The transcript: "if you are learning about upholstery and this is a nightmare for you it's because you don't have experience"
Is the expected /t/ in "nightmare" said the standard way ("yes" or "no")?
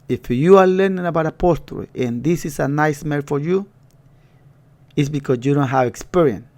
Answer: no